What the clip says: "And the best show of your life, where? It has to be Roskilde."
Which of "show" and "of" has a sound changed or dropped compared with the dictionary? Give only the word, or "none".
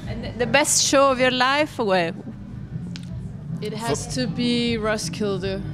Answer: none